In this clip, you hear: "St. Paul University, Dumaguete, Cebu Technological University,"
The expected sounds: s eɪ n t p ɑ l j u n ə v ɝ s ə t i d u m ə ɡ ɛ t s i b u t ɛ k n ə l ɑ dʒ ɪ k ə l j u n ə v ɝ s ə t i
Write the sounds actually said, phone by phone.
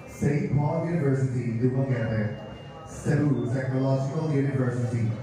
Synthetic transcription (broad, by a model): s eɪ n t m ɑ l j u n ə v ɝ s ə t i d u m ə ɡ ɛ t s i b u s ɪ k ə l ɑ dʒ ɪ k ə l j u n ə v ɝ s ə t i